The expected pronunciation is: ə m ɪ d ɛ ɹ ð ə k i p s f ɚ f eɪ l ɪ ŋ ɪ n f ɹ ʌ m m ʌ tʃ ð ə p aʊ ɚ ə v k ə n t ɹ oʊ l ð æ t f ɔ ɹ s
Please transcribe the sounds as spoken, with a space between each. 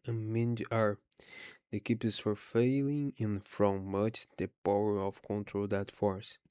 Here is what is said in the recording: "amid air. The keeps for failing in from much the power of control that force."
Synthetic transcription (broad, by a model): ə m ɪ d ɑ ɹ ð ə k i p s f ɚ f eɪ l ɪ ŋ ɪ n f ɹ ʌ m m ʌ tʃ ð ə p aʊ ɚ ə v k ə n t ɹ oʊ l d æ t f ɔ ɹ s